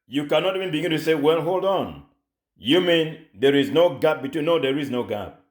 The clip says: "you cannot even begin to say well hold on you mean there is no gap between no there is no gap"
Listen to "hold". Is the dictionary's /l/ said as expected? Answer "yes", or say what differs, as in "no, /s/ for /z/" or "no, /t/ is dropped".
yes